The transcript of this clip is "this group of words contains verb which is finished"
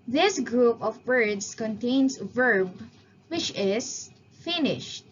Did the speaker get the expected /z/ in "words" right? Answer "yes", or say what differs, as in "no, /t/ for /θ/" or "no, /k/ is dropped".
no, /s/ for /z/